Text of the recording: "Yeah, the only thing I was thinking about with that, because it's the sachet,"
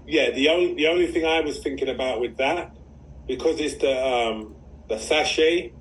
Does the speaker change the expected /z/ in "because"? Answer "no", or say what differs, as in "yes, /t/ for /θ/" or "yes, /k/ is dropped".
no